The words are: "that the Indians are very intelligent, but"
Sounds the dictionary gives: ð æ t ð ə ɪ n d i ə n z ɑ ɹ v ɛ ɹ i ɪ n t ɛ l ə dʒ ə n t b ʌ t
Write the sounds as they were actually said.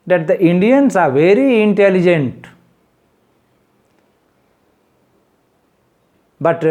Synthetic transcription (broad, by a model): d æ t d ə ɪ n d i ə n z ɑ ɹ v ɛ ɹ i ɪ n t ɛ l ə dʒ ə n t b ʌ t